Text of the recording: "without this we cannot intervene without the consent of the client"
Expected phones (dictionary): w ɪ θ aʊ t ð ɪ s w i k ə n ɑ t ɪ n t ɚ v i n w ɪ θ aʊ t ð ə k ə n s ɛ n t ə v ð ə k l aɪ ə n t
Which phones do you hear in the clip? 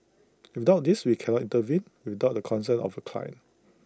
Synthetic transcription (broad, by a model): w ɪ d aʊ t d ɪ s w i k ə n ɑ t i n t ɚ v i n w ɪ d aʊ t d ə k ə n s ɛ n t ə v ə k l aɪ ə n